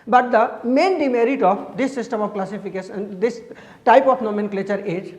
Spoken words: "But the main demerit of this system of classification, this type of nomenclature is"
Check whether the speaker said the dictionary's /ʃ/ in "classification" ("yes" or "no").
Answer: no